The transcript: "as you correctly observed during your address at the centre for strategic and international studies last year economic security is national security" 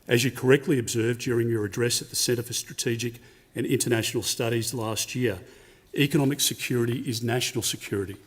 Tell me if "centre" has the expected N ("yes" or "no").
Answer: no